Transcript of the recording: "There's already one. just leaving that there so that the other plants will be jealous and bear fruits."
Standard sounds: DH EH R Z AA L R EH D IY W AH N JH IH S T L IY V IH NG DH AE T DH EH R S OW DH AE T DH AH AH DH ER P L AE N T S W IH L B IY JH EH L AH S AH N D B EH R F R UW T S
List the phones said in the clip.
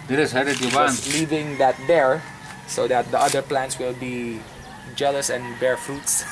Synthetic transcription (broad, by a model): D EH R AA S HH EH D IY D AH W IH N L IY V IH NG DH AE T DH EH R S OW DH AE T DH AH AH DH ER P L AE N T S W IH L B IY JH EH L AH S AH N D B EH R F R UW T S